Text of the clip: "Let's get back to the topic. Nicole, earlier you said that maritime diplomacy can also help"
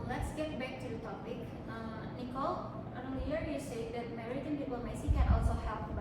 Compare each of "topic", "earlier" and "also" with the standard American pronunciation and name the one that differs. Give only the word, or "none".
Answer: earlier